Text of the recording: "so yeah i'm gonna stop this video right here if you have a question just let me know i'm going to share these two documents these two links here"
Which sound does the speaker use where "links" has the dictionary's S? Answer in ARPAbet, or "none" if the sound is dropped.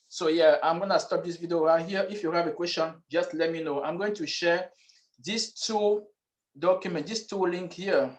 none